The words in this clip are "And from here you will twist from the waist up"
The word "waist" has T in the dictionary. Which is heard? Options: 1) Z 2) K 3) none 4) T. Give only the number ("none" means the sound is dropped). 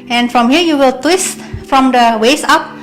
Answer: 3